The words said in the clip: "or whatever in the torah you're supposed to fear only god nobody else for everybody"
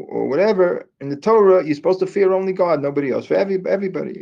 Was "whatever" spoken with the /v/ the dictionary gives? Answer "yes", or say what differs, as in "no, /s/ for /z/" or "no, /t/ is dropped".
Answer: yes